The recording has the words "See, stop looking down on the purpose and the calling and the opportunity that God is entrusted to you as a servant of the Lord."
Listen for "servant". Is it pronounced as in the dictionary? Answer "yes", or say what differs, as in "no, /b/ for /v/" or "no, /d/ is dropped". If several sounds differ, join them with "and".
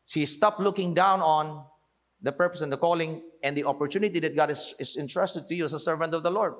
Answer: yes